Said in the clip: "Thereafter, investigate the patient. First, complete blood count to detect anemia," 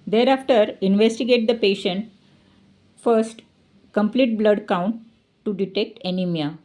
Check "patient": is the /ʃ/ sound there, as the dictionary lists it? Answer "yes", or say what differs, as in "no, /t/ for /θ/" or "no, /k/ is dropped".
yes